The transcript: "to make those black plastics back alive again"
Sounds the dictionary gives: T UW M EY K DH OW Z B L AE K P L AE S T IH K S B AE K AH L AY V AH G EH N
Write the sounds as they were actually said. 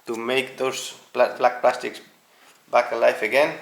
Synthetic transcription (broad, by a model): T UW M EY K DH OW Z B L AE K P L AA S T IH K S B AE K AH L AY F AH G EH N